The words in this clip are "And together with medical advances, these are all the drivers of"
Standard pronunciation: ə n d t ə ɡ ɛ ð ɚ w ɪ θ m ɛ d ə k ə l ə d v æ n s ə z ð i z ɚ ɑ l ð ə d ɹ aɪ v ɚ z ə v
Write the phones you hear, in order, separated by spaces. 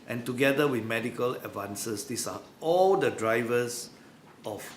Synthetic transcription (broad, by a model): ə n t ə ɡ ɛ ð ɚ w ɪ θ m ɛ d ə k ə l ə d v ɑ n s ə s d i s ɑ ɑ l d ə d ɹ aɪ v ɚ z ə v